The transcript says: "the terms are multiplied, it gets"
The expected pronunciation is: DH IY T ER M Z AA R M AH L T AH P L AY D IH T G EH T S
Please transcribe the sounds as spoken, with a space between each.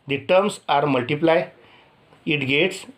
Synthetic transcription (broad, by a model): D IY T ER M S AA R M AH L T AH P L AY IH T G EH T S